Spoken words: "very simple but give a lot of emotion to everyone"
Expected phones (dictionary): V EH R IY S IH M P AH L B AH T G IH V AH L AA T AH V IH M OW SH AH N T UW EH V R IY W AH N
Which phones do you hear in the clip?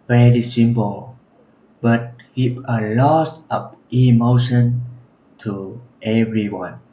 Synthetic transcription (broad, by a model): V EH R IY S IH M P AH L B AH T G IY P AH L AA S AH P IH M OW SH AH N T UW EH V R IY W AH N